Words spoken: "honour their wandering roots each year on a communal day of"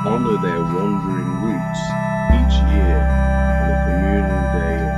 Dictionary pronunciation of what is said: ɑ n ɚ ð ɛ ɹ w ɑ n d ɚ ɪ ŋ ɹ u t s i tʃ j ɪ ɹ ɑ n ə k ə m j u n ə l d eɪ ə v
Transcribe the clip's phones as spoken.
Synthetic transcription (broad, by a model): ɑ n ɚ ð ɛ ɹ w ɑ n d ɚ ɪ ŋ w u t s i tʃ j ɪ ɹ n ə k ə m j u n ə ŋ d eɪ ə